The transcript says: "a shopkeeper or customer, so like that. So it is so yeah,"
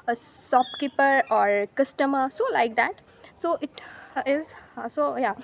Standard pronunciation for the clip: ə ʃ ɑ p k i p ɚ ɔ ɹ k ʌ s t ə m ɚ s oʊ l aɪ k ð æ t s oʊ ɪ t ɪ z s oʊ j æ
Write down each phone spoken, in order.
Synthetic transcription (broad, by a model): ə s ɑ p k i p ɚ ɔ ɹ k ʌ s t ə m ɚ s oʊ l aɪ k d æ t s oʊ ɪ t ɪ z s oʊ j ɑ